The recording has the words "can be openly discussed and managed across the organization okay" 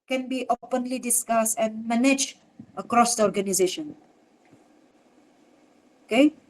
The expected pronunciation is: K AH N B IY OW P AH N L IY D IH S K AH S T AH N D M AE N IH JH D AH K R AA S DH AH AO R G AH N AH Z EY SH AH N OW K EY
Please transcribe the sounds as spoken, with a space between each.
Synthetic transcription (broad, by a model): K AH N B IY OW P AH N L IY D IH S K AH S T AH N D M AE N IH JH AH K R AA S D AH AO R G AH N AH Z EY SH AH N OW K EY